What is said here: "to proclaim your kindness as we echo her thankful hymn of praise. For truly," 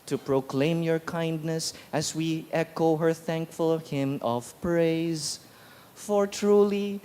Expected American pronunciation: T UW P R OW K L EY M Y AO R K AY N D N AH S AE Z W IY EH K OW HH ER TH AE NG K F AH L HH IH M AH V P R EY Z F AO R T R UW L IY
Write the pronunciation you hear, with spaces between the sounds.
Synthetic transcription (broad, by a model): T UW P R OW K L EY M Y AO R K AY N D N AH S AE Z W IY EH K OW HH ER TH AE NG K F AH L HH IH M AH V P R EY Z F AO R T R UW L IY